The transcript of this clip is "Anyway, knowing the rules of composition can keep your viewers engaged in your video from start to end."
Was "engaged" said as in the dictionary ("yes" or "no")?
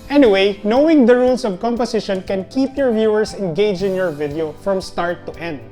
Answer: no